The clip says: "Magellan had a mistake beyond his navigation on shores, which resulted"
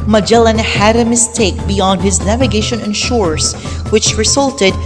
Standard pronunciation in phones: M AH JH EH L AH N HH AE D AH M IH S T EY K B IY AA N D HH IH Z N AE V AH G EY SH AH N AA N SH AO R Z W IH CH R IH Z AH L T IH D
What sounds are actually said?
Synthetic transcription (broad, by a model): M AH JH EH L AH N HH AE D AH M IH S T EY K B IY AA N D HH IH Z N AE V AH G EY SH AH N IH N SH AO R S W IH CH R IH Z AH L T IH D